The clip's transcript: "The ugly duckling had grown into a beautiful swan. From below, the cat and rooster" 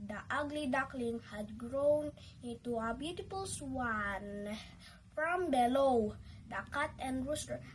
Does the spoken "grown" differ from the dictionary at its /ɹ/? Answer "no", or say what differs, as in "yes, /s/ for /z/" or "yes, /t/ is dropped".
no